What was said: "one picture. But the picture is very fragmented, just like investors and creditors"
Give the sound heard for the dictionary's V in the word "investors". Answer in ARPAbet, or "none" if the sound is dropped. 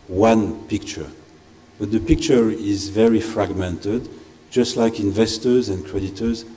V